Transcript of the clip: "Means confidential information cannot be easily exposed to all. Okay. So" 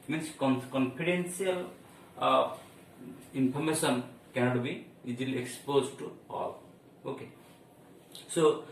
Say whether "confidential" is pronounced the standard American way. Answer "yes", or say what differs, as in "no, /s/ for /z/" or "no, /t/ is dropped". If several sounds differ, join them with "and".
no, /s/ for /ʃ/